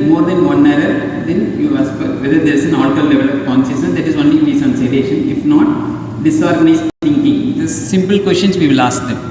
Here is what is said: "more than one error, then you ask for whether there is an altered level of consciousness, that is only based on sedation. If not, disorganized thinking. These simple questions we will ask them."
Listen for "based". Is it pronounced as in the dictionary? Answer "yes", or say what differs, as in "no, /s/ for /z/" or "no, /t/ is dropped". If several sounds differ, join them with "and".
no, /t/ is dropped